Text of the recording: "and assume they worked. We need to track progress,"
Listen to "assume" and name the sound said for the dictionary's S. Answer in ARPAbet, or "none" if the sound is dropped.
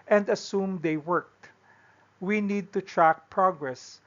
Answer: S